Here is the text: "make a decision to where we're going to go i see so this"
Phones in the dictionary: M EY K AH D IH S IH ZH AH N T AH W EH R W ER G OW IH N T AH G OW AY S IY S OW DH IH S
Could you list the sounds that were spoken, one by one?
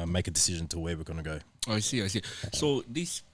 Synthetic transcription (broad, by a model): M EY K AH D IH S IH ZH AH N T AH W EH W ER G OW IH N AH G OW AY S IY S OW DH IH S